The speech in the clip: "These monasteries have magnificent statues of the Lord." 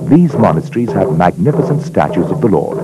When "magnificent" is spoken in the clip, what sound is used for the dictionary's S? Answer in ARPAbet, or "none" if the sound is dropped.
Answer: S